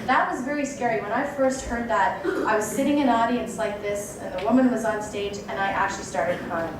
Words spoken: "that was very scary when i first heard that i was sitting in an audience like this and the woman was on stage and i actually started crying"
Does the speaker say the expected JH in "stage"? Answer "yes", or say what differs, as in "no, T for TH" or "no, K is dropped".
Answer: yes